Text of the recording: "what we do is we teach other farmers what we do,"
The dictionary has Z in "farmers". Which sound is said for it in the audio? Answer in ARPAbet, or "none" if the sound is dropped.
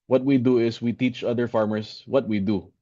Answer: S